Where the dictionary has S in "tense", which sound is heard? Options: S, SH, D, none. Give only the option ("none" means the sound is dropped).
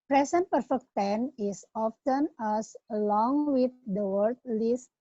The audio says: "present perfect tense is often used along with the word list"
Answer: none